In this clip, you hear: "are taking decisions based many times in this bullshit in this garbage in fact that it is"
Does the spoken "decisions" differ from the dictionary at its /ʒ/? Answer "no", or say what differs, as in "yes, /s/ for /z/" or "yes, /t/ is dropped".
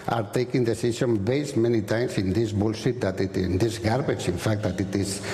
yes, /s/ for /ʒ/